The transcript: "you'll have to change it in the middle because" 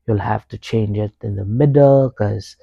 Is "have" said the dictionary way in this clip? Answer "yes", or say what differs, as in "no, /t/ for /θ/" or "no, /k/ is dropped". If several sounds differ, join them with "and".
no, /f/ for /v/